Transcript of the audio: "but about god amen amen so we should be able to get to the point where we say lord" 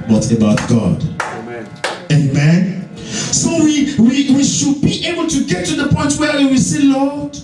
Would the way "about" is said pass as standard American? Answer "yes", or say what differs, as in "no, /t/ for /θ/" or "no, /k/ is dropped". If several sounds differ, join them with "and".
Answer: yes